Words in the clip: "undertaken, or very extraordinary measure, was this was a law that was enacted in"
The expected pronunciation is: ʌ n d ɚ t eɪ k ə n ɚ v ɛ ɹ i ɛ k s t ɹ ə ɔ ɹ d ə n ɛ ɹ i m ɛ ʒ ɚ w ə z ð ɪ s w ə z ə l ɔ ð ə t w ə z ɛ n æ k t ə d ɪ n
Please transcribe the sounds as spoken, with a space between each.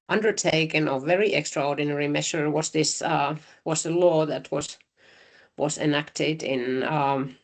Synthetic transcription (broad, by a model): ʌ n d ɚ t eɪ k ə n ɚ v ɛ ɹ i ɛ k s t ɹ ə ɔ ɹ d n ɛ ɹ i m ɛ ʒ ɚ w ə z ð ɪ s w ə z ə l ɔ ð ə t w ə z ɛ n æ k t ə d ɪ n